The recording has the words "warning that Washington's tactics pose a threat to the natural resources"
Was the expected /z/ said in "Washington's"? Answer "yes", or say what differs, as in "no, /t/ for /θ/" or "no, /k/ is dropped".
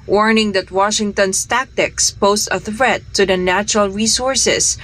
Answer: no, /s/ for /z/